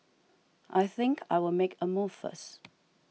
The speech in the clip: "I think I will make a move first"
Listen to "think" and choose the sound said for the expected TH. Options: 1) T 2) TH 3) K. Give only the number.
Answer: 2